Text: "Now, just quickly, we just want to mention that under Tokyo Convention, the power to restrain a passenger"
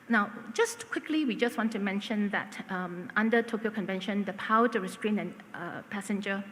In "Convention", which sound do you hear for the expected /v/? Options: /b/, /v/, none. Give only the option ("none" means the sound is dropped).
/v/